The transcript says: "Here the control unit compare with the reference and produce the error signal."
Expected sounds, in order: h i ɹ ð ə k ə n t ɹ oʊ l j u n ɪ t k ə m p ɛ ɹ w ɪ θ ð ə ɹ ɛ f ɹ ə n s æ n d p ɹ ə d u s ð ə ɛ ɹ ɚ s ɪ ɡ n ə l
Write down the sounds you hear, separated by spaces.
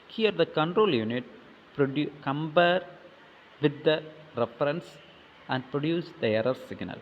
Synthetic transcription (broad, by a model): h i ɹ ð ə k ə n t ɹ oʊ l j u n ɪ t k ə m b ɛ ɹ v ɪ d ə ɹ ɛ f ɹ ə n s æ n d p ɹ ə d u s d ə ɛ ɹ ɚ s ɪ ɡ n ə l